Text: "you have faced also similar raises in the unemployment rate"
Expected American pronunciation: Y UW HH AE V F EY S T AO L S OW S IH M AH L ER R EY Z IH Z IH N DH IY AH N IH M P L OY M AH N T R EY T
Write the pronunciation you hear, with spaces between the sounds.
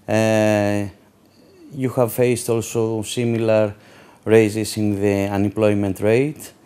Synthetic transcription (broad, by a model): Y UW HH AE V F EY S T AO L S OW S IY M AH L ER R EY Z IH S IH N DH IY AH N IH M P L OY M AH N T R EY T